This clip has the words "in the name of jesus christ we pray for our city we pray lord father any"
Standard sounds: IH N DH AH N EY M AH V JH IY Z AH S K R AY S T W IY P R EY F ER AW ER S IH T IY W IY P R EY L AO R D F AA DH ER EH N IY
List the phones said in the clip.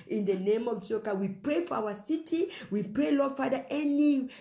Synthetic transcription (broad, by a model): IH N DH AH N EY M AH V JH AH K AY W IY P R EY F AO AW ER S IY T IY W IY P R EY L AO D F AA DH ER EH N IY